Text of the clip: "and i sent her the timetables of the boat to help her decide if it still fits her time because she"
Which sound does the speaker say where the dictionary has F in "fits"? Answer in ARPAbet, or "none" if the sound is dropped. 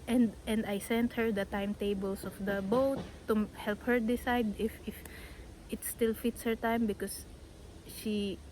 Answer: F